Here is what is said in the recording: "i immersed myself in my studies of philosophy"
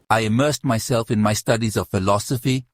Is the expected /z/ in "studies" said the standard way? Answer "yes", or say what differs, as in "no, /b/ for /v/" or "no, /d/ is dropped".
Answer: yes